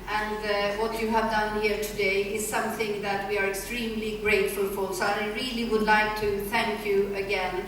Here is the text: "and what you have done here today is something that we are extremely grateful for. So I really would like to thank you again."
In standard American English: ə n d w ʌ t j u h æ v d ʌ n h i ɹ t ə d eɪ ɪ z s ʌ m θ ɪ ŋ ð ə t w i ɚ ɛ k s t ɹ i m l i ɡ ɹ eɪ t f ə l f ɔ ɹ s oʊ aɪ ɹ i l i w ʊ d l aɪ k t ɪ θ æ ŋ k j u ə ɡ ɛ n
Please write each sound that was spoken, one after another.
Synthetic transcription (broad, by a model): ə n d w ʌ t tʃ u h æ v d ʌ n h i ɹ t ə d eɪ ɪ z s ʌ m θ ɪ ŋ ð ə t w i ɚ ɛ k s t ɹ i m l i ɡ ɹ eɪ t f ə l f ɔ l s oʊ aɪ ɹ i l i w ʊ d l aɪ k t ɪ θ æ ŋ k j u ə ɡ ɛ n